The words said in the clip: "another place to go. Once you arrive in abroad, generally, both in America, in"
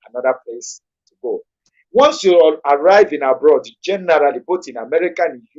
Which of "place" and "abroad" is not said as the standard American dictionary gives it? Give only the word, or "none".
none